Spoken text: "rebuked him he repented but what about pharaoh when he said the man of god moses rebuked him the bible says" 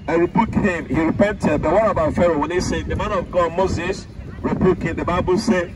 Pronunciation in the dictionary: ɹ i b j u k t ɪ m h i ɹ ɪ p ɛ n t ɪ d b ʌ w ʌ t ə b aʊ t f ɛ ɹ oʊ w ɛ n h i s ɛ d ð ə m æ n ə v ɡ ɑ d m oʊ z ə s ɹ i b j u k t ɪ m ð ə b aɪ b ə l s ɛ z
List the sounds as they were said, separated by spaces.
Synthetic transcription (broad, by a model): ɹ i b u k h ɪ m h i ɹ ɪ p ɛ n t ɪ d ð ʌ w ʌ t ə b aʊ t f ɛ ɹ oʊ w ɛ n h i s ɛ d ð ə m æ n ə v ɡ ɑ d m oʊ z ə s ɹ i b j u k ɪ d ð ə b aɪ b ə l s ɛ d